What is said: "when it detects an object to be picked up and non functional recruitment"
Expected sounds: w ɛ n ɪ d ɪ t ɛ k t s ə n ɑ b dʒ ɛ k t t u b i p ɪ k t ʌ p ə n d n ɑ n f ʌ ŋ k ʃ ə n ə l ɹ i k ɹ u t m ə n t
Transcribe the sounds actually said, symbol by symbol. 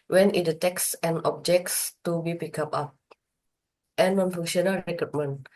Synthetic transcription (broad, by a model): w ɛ n ɪ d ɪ t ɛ k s ə n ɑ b dʒ ɛ k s t u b i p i k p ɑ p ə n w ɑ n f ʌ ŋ ʃ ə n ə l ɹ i k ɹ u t m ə n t